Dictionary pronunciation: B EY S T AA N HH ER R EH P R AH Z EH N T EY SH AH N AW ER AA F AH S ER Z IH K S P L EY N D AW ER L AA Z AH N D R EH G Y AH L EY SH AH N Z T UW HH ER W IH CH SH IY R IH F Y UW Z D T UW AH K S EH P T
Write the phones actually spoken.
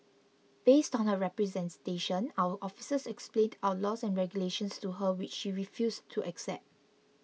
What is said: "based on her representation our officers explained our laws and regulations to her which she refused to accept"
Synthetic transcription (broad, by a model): B EY S T AA N HH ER R EH P R AH Z EH N T EY SH AH N AW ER AA F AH S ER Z IH K S P L EY N D AW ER L AA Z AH N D R EH G Y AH L EY SH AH N S T UW HH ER W IH CH SH IY R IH F Y UW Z T UW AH K S EH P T